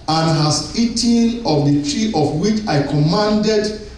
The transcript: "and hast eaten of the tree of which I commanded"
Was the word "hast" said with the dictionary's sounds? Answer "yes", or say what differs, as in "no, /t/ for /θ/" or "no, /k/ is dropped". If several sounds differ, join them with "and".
no, /t/ is dropped